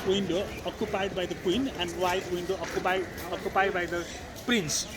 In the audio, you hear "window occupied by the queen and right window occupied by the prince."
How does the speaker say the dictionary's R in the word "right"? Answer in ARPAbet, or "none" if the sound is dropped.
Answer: W